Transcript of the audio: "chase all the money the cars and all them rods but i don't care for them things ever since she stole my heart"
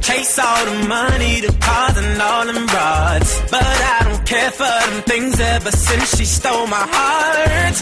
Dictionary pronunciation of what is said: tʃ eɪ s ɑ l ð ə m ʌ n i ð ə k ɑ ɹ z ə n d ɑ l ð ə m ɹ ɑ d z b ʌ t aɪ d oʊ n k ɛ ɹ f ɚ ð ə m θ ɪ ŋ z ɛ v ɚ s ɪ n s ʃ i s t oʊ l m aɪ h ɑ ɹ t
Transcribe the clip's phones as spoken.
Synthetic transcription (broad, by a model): tʃ eɪ s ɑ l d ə m ʌ n i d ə k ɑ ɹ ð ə n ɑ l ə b ɹ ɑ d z b ʌ t aɪ d oʊ n k ɛ ɹ f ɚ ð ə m θ ɪ ŋ z ɛ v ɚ s ɪ n s ʃ i s t oʊ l m aɪ h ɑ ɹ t